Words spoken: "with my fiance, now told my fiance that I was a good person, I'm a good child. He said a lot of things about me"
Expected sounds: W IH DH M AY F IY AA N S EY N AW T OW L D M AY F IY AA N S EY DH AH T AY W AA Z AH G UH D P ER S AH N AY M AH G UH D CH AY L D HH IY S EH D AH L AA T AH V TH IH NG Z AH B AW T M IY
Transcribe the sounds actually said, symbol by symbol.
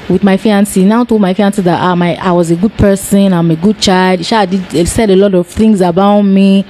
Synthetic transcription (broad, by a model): W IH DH M AY F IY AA N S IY N AW T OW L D M AY F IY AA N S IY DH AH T AY W AA Z AH G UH D P ER S AH N AY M AH G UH D CH AY L D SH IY S EH D AH L AA T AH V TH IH NG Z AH B AW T M IY